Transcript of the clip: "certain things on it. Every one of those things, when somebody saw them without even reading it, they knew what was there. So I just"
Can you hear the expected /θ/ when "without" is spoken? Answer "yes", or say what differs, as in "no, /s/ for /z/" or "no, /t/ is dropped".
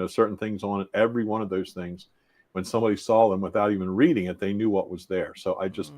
yes